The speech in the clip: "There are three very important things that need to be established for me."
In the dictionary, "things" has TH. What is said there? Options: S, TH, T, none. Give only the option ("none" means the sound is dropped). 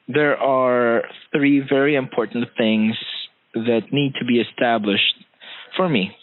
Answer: TH